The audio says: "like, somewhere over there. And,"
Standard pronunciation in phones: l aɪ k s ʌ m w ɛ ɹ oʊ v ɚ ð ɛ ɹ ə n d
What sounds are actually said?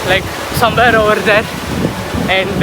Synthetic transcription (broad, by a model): l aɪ k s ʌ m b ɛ ɹ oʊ ɚ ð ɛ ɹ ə n